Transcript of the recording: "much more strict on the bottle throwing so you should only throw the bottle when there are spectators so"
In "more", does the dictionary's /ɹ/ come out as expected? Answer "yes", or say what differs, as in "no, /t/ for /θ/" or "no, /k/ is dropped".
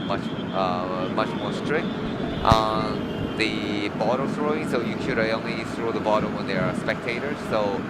yes